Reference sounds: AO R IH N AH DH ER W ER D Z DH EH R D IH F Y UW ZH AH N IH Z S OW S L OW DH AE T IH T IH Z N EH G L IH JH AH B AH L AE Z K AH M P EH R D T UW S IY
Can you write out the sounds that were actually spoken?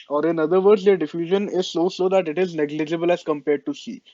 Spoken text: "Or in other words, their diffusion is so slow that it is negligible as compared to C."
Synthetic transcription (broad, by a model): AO R IH N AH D ER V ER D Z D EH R D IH F Y UW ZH AH N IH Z S OW S OW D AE T IH T IH Z N EH G L IH JH AH B AH L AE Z K AH M P EH R D T UW S IY